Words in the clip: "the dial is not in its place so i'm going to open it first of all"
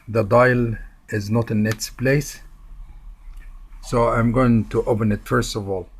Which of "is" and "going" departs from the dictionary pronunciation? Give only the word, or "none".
none